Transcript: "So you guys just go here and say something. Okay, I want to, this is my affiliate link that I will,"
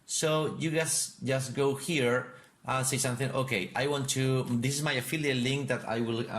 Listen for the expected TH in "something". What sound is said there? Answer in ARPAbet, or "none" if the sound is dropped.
TH